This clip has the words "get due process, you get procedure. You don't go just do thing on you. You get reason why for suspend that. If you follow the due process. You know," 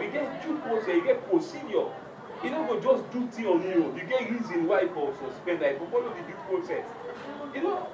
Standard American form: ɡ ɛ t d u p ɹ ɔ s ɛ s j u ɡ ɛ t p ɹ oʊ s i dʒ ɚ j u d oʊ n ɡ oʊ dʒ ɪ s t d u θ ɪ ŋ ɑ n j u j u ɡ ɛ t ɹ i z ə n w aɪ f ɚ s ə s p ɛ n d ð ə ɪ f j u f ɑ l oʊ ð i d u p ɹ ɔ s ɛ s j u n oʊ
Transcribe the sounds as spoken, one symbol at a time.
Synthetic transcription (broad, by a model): ɡ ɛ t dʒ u p ɹ ɔ s ɛ s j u ɡ ɛ t p ɹ oʊ s i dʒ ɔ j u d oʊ ɡ oʊ dʒ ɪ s d u t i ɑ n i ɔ j u ɡ ɛ t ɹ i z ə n w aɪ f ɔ s ə s p ɛ n d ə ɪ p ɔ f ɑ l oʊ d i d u p ɹ ɔ s ɛ s j u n oʊ